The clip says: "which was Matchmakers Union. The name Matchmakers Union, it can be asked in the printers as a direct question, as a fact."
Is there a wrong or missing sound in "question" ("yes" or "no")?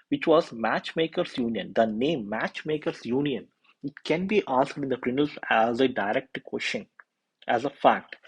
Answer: yes